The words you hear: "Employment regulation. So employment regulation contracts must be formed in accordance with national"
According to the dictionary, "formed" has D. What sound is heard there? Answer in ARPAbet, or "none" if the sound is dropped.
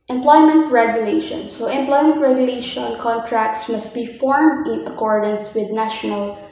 D